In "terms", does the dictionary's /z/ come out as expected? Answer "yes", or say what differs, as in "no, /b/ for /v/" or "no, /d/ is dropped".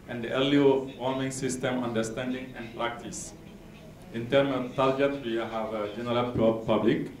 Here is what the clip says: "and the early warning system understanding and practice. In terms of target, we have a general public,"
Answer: no, /z/ is dropped